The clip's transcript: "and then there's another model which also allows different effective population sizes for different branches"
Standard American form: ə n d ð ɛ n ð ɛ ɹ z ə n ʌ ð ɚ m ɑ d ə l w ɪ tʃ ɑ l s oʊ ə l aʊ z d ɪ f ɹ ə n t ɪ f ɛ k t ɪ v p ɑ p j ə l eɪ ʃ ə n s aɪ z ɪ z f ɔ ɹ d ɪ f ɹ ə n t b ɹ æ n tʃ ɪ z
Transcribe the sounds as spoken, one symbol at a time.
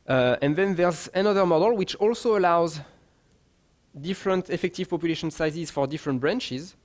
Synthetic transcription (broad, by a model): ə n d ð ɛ n ð ɛ ɹ z ə n ʌ ð ɚ m ɑ d ə l w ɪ tʃ ɑ l s oʊ ə l aʊ z d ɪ f ɹ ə n t ɪ f ɛ k t ɪ v p ɑ p j ə l eɪ ʃ ə n s aɪ z ɪ z f ɔ ɹ d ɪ f ɹ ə n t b ɹ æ n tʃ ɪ z